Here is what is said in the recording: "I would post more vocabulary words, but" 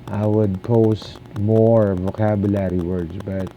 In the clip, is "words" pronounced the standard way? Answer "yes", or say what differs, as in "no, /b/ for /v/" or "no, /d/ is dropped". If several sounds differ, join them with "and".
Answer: no, /s/ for /z/